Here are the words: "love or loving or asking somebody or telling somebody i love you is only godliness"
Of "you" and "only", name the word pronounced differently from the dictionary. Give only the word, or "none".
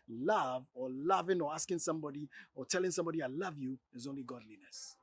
none